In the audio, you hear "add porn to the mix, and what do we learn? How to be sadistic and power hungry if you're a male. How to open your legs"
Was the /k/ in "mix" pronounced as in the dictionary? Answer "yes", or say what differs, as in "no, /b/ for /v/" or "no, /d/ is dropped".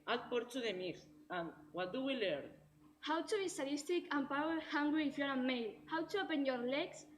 no, /k/ is dropped